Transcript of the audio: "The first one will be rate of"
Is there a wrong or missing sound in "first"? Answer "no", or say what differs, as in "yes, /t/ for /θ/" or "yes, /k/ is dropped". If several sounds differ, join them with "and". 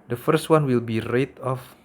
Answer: no